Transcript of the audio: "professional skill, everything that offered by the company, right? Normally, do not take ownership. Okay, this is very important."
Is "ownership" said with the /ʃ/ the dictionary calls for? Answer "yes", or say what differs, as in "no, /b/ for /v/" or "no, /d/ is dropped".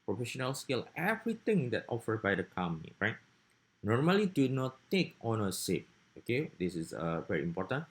no, /s/ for /ʃ/